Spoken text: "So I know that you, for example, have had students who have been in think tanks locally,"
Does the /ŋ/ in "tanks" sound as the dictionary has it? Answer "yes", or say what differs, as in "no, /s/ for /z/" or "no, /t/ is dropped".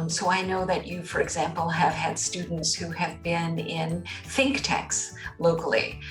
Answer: no, /ŋ/ is dropped